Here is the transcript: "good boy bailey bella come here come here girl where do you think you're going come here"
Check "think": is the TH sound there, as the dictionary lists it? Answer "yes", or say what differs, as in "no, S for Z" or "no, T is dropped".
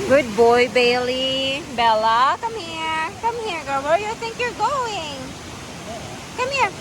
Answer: yes